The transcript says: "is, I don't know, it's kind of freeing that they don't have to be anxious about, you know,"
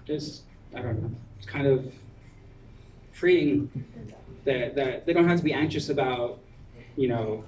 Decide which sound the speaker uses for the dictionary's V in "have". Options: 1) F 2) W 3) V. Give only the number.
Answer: 1